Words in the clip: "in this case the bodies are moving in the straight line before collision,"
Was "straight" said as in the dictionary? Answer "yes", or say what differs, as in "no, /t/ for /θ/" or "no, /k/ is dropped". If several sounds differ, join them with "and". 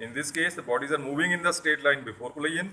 no, /ɹ/ is dropped